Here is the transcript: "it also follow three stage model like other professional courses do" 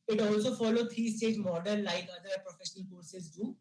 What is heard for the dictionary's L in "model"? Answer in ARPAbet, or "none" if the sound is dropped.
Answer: N